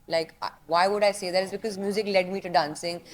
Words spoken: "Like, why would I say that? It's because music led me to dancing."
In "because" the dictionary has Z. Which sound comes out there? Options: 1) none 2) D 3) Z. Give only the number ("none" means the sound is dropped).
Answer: 3